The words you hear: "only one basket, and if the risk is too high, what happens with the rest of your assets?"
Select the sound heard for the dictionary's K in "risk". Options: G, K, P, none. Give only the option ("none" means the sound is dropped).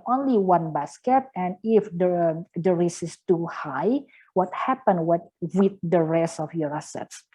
none